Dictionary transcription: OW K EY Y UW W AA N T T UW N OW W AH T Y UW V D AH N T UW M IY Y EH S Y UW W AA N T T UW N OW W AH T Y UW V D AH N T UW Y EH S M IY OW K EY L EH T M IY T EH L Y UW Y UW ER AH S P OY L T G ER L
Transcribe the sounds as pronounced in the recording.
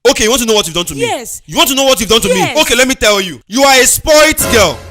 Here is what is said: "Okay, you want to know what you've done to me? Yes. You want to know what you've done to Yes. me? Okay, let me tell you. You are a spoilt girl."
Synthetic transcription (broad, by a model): OW K EY Y UW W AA N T T UW N OW W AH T Y UW V D AH N T UW M IY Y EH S Y UW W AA N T T UW N OW W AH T Y UW V D AH N T UW M IY OW K EY L EH T M IY T EH L Y UW Y UW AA AH S P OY T G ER L